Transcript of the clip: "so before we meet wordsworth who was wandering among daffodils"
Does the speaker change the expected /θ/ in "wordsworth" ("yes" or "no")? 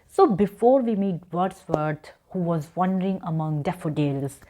yes